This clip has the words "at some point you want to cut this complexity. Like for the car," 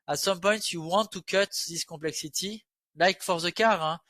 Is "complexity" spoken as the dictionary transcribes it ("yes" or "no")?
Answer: no